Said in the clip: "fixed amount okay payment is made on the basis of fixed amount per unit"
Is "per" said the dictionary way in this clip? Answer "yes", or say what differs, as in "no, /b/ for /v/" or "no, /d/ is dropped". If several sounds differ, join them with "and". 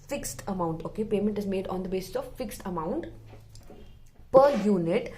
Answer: yes